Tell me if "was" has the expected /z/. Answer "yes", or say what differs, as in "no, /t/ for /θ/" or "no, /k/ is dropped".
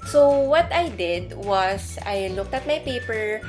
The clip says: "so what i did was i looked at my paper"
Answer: no, /s/ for /z/